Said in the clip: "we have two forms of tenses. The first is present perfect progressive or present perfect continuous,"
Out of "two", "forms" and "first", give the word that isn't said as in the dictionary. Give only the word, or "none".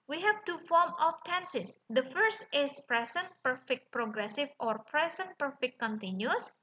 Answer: forms